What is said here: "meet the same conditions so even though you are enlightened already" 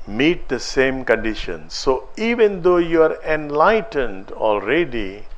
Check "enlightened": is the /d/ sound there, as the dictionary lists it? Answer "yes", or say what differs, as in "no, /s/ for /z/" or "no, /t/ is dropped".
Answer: yes